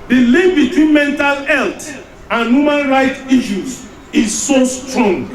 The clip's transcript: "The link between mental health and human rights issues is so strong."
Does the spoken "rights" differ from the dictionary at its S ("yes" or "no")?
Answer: yes